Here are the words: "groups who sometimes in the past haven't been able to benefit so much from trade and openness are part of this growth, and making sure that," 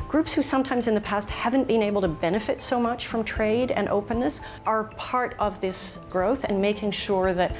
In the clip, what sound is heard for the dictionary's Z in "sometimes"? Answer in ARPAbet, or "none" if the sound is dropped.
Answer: Z